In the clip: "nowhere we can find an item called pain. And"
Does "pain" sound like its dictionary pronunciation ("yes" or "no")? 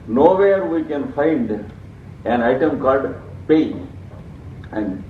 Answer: no